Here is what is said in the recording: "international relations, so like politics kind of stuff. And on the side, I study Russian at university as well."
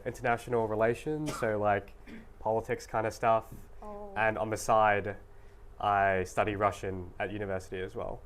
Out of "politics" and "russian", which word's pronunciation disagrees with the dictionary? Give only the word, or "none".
none